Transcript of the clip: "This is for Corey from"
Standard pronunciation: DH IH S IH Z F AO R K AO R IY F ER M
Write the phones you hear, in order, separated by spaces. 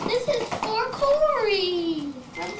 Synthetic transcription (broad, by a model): DH IH S IH Z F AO R K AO L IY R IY